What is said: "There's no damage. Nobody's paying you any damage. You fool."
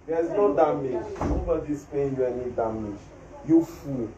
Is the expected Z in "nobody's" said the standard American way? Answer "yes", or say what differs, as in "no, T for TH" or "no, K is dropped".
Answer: no, S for Z